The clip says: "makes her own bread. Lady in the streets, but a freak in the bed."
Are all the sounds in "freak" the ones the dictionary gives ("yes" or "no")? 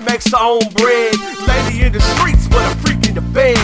no